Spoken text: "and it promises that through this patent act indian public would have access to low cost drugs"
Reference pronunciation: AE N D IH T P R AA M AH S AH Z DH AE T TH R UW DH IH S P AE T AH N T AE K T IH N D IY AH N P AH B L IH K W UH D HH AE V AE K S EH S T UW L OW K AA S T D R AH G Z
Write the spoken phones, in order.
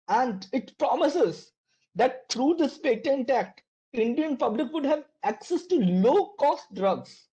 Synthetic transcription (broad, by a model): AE N D IH T P R AA M AH S AH Z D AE T T R UW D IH S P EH T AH N T AE K T IH N D IY AH N P AH B L IH K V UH D HH AE V AE K S EH S T UW L OW K AA S T D R AH G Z